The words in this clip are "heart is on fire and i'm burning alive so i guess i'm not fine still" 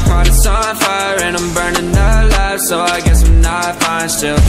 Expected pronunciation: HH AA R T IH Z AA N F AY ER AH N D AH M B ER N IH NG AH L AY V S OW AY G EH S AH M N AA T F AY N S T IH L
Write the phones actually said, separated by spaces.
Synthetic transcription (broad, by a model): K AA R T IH S AA N F AY ER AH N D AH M B ER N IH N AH L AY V S OW AY G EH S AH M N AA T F AY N S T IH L